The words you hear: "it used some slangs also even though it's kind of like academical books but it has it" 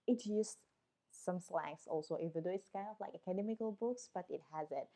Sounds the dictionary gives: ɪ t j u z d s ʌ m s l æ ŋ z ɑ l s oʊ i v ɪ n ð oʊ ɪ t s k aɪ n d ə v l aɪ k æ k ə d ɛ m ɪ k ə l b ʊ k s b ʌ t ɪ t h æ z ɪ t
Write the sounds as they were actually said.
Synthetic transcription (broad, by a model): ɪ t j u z s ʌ m s l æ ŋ s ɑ l s oʊ i v ɪ n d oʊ ɪ t s k aɪ n d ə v l aɪ k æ k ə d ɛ m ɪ k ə l b ʊ k s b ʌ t ɪ t h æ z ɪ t